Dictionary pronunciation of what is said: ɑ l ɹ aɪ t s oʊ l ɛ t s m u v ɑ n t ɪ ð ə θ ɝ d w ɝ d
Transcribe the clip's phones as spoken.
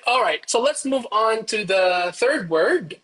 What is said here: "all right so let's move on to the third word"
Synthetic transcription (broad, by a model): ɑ l ɹ aɪ t s oʊ l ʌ t s m u v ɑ n t ɪ ð ə θ ɝ d w ɝ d